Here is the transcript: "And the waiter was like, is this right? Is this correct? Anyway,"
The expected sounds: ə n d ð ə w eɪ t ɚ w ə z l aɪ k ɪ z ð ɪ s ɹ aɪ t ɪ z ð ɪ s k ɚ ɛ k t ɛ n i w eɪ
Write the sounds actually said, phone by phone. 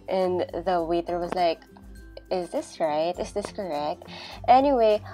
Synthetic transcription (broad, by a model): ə n ð ə w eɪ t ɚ w ə z l aɪ k ɪ z ð ɪ s ɹ aɪ t ɪ z ð ɪ s k ɚ ɛ k t ɛ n i w eɪ